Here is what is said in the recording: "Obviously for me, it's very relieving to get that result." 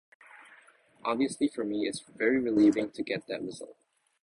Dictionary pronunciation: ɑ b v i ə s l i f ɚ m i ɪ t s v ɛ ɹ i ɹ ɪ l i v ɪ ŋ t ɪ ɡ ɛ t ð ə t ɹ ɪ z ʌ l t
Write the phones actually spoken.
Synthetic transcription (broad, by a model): ɑ b v i ə s l i f ɚ m i ɪ t s v ɛ ɹ i ɹ ɪ l i v ɪ ŋ t ɪ ɡ ɛ t ð ə t ɹ ɪ z ʌ l t